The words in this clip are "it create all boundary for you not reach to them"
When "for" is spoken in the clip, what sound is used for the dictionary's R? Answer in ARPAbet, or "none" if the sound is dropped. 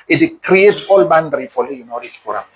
L